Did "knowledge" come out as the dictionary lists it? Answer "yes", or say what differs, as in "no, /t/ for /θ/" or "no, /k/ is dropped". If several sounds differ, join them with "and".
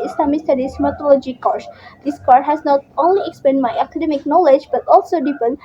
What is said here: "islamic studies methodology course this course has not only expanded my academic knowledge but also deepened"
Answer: yes